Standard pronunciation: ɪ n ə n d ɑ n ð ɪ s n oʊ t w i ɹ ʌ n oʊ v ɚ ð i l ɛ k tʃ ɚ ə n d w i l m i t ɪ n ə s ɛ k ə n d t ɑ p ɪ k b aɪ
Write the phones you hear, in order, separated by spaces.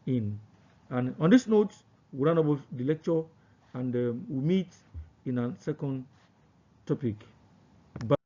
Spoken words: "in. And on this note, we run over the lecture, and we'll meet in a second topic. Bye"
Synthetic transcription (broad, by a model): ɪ n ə n ɑ n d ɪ s n oʊ t w i ɹ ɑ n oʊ b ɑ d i l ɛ k tʃ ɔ ə n d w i m i t ɪ n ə s ɛ k ə n d t ɑ p ɪ k b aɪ